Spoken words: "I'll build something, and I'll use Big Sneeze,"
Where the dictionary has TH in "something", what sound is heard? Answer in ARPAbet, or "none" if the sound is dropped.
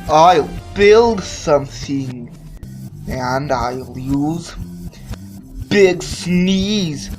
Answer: TH